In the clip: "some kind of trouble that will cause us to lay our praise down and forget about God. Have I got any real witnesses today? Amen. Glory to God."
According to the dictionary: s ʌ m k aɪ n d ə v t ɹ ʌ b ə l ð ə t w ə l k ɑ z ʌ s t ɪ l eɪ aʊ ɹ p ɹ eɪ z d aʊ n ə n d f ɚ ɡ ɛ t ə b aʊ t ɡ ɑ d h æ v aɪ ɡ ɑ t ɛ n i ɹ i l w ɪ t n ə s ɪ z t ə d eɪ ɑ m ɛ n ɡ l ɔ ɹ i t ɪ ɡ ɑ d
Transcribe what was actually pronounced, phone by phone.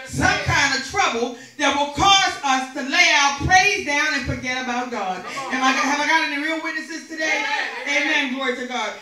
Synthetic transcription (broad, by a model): s ʌ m k aɪ n d ə v t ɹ ʌ b l ð ə t w ə l k ɑ z ʌ s t ɪ l eɪ aʊ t p ɹ eɪ z d aʊ n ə n f ɚ ɡ ɛ t ə b aʊ t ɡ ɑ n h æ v aɪ ɡ ɑ t ɛ n i ɹ i l w ɪ t n ə s ɪ z t ə d eɪ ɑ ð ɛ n ɡ l ɔ ɹ i t ɪ ɡ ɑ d